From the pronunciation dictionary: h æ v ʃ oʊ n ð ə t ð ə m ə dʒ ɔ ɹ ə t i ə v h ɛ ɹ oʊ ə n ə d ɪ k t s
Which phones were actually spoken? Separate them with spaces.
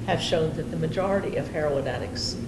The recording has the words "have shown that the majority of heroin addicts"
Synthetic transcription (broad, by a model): h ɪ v ʃ oʊ n ð ə t ð ə m ə dʒ ɔ ɹ ə t i ə v h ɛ ɹ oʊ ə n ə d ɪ k s